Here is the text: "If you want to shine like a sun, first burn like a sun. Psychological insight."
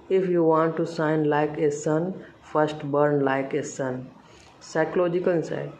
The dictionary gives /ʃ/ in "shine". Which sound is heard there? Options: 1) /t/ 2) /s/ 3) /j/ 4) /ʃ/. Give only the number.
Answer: 2